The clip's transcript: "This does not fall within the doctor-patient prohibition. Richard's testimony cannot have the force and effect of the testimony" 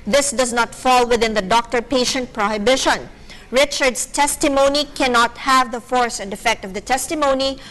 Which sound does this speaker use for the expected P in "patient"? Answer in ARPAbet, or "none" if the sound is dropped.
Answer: P